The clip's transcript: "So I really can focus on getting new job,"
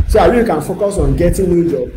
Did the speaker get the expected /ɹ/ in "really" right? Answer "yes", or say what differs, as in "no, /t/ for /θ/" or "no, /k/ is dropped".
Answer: no, /w/ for /ɹ/